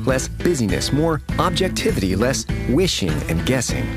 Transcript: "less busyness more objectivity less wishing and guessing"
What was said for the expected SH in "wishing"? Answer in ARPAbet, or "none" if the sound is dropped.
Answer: SH